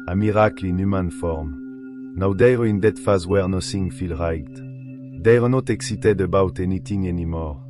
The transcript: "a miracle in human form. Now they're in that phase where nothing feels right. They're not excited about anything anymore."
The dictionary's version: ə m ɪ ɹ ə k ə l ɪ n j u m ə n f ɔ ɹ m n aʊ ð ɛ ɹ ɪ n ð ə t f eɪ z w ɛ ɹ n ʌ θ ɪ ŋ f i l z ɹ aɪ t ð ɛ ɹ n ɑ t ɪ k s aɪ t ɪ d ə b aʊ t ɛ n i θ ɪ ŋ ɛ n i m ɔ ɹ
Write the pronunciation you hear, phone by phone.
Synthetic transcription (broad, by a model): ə m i ɹ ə k l ɪ n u m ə n f ɔ ɹ m n aʊ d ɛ ɹ ɪ n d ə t f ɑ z w ɛ ɹ n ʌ s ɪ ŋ f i l ɹ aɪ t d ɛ ɹ n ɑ t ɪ k s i t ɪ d ə b aʊ t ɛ n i t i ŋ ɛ n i m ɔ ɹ